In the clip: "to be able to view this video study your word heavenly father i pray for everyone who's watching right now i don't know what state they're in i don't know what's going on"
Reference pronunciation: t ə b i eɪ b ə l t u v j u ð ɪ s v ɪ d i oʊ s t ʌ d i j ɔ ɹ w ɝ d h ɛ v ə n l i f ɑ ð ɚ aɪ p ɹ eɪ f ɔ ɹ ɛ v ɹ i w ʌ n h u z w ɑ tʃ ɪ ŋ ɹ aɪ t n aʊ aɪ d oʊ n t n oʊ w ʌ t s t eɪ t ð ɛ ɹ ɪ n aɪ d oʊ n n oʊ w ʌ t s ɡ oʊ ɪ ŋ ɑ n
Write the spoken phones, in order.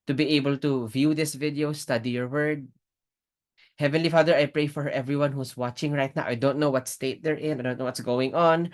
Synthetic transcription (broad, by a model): t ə b i eɪ b ə l t u v j u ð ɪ s v ɪ d i oʊ s t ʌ d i j ɔ ɹ w ɝ d h ɛ v ə n l i f ɑ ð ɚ aɪ p ɹ eɪ f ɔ ɹ ɛ v ɹ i w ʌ n h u s w ɑ tʃ ɪ ŋ ɹ aɪ t n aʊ aɪ d oʊ n t n oʊ w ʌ t s t eɪ t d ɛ ɹ ɪ n aɪ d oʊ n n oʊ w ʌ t s ɡ oʊ ɪ ŋ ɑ n